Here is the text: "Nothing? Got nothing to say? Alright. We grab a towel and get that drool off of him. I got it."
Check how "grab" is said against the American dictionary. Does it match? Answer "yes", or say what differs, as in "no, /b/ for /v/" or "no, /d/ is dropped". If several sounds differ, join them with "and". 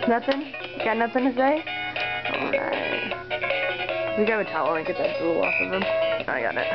no, /ɹ/ is dropped